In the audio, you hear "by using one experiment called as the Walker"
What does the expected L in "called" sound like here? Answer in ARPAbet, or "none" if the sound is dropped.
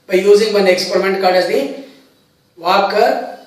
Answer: none